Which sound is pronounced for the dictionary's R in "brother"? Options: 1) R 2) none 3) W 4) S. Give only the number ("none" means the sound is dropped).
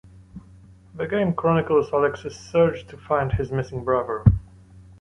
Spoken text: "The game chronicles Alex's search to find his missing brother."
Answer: 1